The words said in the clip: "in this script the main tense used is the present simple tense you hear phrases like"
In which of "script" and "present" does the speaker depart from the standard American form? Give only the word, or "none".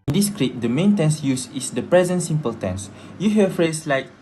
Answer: script